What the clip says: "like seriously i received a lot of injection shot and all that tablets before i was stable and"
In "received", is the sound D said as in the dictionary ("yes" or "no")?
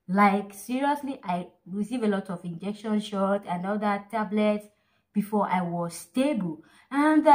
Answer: no